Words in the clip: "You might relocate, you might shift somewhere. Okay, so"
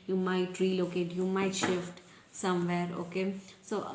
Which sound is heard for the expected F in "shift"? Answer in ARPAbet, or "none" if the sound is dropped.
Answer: F